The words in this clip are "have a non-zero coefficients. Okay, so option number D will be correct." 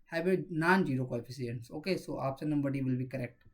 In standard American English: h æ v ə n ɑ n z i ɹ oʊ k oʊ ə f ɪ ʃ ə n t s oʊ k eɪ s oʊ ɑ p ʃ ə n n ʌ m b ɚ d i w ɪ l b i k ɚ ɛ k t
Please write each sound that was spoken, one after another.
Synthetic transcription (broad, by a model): h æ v ə n ɑ n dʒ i ɹ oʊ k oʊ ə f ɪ s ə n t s oʊ k eɪ s oʊ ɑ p s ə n n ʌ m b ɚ d i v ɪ l b i k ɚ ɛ k t